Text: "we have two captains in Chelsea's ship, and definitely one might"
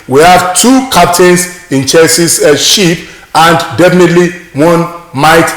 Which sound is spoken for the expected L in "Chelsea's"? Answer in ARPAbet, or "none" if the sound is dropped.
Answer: none